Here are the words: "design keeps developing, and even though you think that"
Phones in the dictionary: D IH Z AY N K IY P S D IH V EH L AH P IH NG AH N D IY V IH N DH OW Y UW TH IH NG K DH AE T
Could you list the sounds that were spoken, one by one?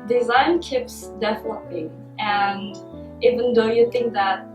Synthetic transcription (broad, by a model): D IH Z AY N K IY P S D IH F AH N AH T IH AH N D IY V IH N DH OW Y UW TH IH NG K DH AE T